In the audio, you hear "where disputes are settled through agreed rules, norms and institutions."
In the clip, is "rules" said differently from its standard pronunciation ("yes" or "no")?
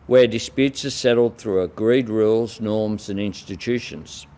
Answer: no